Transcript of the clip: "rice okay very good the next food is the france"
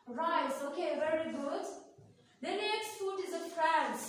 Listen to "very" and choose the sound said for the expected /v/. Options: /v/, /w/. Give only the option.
/v/